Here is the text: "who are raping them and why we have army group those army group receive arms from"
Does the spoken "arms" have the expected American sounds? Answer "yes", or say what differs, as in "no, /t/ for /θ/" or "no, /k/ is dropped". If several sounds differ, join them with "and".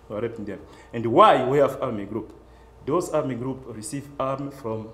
no, /z/ is dropped